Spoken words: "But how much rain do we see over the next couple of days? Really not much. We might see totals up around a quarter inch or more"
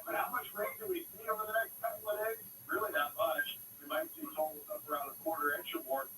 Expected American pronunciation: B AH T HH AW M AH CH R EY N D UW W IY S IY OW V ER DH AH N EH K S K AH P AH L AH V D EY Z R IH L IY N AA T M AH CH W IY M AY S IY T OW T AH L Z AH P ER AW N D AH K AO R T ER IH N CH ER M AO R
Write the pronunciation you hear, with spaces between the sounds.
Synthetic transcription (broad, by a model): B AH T HH AW M AH CH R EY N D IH W IY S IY OW V ER DH AH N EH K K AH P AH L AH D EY R IH L IY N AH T M AH CH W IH M AY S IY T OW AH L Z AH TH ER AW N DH AH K AO R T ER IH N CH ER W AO R